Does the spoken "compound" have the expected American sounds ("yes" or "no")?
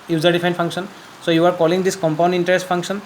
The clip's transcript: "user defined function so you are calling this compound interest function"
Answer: yes